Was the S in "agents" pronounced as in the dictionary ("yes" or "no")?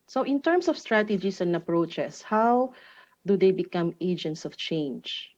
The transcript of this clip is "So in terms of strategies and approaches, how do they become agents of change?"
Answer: yes